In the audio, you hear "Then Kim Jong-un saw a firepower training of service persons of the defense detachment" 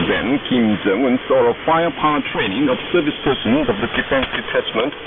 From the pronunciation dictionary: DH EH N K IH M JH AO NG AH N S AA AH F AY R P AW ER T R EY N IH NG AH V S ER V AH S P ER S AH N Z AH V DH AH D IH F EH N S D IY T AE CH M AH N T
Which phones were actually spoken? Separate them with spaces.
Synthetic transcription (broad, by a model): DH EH N K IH M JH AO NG AH N S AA AH F AY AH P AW T R EY N IH NG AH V S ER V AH S P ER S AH N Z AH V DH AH D IH F EH N S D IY T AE CH M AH N T